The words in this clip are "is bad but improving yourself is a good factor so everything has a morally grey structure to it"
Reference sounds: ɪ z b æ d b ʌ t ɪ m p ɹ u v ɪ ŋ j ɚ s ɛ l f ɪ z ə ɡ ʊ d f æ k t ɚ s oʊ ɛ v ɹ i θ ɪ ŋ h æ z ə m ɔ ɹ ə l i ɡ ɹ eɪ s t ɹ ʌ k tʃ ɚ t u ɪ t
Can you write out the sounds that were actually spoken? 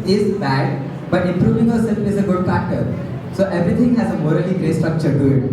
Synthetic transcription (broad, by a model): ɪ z b æ d b ʌ t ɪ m p ɹ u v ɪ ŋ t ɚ s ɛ l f ɪ z ə ɡ ʊ d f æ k t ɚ s oʊ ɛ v ɹ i t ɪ ŋ h æ z ə m ɔ ɹ ə l i ɡ ɹ eɪ s t ɹ ʌ k tʃ ɚ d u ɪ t